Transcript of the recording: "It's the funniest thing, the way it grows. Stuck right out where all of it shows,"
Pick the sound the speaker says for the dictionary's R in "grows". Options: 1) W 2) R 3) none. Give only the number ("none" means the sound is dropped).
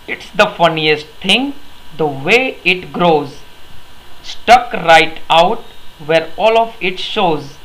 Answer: 2